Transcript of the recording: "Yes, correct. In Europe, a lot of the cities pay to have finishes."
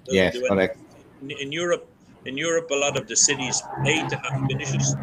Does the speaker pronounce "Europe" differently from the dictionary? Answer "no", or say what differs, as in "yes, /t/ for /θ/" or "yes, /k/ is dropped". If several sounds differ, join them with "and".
no